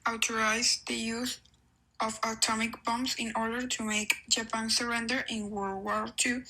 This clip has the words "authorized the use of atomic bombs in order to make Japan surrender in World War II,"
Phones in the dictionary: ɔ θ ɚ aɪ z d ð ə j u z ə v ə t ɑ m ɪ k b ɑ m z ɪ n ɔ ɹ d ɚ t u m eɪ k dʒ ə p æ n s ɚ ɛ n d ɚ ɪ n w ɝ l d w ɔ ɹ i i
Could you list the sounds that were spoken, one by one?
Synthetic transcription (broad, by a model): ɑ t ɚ aɪ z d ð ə j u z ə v ə t ɑ m ɪ k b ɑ m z ɪ n ɔ ɹ d ɚ t u m eɪ k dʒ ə p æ n s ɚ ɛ n d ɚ ɪ n w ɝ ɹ w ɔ l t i